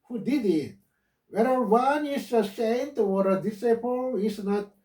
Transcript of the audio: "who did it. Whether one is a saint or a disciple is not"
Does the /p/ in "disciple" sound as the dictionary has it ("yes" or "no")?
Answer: yes